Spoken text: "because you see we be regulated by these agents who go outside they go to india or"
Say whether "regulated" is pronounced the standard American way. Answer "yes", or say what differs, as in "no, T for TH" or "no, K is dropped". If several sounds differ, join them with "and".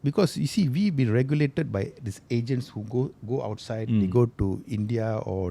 yes